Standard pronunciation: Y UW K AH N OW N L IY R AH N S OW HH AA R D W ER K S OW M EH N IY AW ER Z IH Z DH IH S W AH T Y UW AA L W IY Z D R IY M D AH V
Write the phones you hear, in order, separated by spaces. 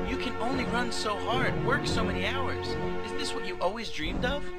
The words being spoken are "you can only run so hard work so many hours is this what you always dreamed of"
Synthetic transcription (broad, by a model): Y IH K AH N OW N L IY R AH N S OW HH AA R D W ER K S OW M EH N IY AW ER Z IH Z DH IH S W AH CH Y AA L W IY Z D R IY M D AH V